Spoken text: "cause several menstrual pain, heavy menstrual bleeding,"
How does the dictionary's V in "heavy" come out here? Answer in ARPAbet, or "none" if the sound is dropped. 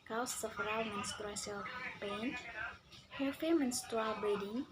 F